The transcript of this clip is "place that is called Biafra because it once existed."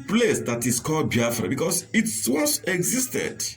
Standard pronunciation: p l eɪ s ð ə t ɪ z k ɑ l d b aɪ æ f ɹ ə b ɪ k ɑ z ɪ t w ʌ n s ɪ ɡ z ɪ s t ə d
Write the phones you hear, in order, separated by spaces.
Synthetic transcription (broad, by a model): p l eɪ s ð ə t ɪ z k ɑ l d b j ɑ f ɹ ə b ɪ k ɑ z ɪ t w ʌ s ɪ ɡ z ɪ s t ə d